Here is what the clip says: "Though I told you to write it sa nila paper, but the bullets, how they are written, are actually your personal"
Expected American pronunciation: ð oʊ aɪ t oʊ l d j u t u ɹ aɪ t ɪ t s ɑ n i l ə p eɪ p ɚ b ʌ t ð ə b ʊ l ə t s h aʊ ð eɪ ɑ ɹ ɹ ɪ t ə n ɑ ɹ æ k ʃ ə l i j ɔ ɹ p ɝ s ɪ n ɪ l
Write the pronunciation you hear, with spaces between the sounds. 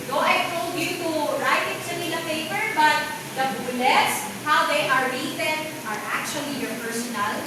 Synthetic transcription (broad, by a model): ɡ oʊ aɪ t oʊ l d j u t u ɹ aɪ t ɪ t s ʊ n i n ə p eɪ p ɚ b ʌ t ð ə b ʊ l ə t s h aʊ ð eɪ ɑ ɹ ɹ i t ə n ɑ ɹ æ k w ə l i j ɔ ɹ p ɝ s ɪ n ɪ l